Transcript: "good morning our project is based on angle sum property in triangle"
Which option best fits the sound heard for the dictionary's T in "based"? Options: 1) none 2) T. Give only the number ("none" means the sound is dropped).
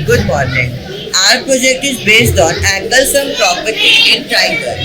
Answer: 2